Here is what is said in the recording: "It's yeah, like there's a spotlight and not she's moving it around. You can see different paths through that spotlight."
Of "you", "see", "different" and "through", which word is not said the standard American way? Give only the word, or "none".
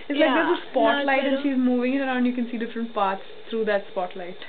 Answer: through